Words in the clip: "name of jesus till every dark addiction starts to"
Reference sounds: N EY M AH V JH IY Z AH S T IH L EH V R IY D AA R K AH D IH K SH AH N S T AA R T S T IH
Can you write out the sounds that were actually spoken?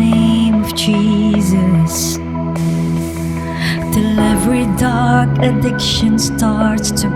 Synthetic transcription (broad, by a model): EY M AH V JH IY Z AH S T IH L EH V R IY D AA R K AH D IH K SH AH N S T AA R T S T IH